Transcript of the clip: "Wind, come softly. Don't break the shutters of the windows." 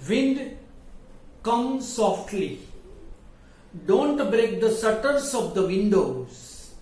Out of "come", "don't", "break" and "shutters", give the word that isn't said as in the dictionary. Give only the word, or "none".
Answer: shutters